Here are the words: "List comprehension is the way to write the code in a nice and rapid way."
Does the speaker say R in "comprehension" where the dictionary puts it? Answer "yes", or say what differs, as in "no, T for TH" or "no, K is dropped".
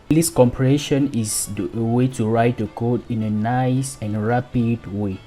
no, R is dropped